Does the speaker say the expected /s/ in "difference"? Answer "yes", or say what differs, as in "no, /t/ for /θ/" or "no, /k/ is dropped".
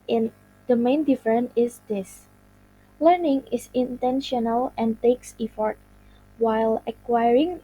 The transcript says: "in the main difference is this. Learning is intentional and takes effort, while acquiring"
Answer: no, /s/ is dropped